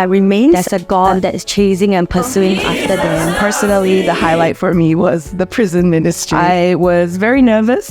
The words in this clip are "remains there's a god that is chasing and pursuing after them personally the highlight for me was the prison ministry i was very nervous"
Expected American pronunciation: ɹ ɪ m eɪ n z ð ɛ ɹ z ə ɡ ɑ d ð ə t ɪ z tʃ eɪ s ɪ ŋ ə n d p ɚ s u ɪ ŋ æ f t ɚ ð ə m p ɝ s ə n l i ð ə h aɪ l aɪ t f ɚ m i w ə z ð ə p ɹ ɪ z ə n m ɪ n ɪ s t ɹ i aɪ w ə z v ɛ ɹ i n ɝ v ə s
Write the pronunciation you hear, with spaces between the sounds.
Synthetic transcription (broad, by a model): ɹ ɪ m eɪ n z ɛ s ə ɡ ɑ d ð ə t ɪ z tʃ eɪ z ɪ ŋ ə n p ɚ s u ɪ ŋ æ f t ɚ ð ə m p ɝ s ə n l i ð ə h aɪ l aɪ t f ɚ m i w ə z ð ə p ɹ ɪ z ə n m ɪ n ɪ s t ɹ i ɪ w ə z v ɛ ɹ i n ɝ v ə s